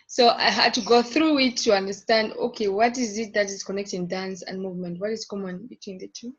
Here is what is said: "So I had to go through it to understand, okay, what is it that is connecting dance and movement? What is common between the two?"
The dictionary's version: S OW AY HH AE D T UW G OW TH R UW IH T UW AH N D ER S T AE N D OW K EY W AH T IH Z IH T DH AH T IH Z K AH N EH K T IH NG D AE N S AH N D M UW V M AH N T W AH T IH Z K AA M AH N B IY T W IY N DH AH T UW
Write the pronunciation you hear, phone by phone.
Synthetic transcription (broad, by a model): S OW AY HH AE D T UW G OW TH R UW IH T UW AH N D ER S T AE N D OW K EY W AH T IH Z IH T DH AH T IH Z K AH N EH K T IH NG D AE N S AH N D M UW V M AH N T W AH T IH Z K AA M AH N B IY T W IY N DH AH T UW